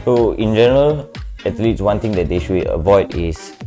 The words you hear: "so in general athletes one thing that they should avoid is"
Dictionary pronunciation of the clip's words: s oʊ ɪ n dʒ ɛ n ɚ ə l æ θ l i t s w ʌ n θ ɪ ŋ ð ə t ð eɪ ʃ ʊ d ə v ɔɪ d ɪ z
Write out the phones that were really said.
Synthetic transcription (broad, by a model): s oʊ ɪ n dʒ ɛ n ɚ ə l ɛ t l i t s w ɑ n t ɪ ŋ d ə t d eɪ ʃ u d ə v ɔɪ d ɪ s